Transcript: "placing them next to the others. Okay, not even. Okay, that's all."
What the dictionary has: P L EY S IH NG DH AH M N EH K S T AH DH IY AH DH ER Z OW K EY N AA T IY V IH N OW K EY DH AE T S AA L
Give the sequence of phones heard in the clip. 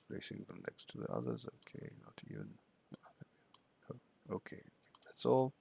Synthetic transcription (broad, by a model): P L EY S IH NG DH AH M N EH K S T AH DH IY AH DH ER Z OW K EY N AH T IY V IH N OW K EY DH AE T S AA L